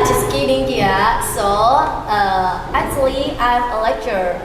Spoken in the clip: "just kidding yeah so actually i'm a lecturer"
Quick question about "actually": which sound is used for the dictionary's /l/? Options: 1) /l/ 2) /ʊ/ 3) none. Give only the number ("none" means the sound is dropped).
1